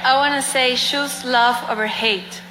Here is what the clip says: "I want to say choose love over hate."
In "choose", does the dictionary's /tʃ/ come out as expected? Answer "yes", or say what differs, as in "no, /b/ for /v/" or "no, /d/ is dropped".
no, /ʃ/ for /tʃ/